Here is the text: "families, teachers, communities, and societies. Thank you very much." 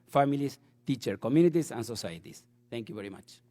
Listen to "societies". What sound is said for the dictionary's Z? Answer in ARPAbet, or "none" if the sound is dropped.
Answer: S